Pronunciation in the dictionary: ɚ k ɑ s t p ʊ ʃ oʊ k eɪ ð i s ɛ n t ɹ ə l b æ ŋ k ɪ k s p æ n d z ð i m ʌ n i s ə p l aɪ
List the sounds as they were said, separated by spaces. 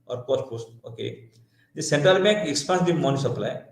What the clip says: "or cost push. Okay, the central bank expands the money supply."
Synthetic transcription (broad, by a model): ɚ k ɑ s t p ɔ s oʊ k eɪ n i s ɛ n t ɹ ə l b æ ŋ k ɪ k s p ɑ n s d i m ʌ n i s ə p l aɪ